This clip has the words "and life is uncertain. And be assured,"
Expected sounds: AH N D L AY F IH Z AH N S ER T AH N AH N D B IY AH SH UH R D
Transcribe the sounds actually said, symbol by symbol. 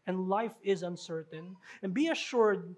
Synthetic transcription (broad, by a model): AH N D L AY F IH Z AH N S ER T AH N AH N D B IY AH SH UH R D